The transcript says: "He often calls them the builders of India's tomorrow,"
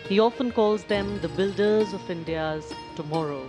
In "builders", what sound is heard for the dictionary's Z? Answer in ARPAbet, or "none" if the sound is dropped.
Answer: Z